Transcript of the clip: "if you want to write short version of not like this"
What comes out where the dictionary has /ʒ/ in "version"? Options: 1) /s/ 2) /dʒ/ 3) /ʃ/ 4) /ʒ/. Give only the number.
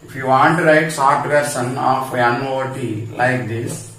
1